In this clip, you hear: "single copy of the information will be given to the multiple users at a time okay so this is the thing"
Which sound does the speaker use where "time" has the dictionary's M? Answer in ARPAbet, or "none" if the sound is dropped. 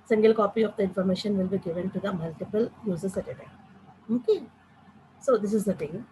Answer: none